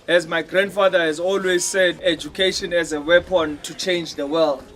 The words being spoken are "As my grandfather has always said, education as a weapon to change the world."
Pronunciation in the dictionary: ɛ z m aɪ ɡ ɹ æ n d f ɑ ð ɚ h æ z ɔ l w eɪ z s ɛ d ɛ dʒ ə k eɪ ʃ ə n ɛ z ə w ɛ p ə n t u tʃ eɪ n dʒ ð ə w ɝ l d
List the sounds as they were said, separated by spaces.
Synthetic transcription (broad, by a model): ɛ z m aɪ ɡ ɹ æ n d f ɑ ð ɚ h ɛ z ɔ l w eɪ z s ɛ d ɛ dʒ ə k eɪ ʃ ə n ɛ z ə w ɛ p ə n t u tʃ eɪ n dʒ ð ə w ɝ l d